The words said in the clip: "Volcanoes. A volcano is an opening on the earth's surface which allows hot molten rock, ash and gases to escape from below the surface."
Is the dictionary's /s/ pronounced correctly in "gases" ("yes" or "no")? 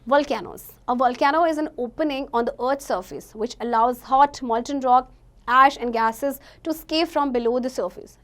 yes